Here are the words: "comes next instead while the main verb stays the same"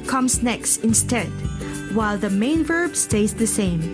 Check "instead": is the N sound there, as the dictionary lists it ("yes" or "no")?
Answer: yes